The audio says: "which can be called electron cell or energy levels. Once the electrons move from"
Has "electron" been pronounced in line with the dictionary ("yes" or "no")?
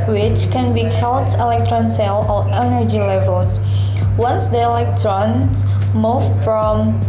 yes